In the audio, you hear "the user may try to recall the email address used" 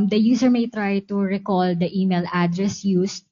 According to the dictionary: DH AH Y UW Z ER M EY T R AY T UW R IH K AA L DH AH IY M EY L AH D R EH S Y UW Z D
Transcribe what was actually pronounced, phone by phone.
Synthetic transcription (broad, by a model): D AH Y UW S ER M EY T R AY T UW R IH K AA L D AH IY M EY L AH D R EH S Y UW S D